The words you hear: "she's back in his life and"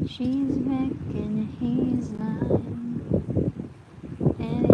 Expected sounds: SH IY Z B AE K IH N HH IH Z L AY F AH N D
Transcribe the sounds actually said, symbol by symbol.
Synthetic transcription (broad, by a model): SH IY Z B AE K IH N HH IH Z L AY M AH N